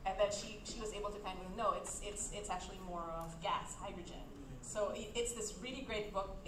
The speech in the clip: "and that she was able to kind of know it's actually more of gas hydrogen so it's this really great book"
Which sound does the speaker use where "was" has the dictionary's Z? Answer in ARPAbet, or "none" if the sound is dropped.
Z